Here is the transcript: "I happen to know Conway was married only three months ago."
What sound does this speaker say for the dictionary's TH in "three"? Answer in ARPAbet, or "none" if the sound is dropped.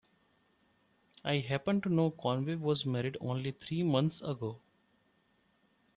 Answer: T